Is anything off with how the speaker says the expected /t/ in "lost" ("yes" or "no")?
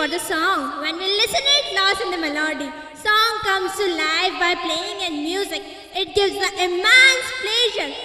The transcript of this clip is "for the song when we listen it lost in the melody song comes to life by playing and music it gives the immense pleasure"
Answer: yes